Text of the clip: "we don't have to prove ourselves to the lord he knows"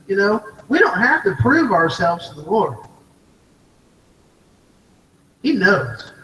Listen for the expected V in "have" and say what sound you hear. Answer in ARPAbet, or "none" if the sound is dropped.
F